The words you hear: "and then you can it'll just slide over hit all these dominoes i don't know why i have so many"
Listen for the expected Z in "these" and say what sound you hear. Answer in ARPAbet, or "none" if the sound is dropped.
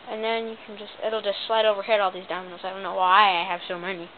Z